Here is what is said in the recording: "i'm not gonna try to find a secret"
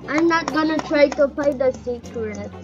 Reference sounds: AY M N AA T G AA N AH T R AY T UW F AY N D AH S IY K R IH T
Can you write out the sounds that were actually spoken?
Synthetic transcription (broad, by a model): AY M N AA T G AA N AH T R AY T UW P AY D AH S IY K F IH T